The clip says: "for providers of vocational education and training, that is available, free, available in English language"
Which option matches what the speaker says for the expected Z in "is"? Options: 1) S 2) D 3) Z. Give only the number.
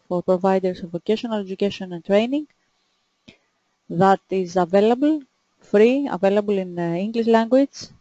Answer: 3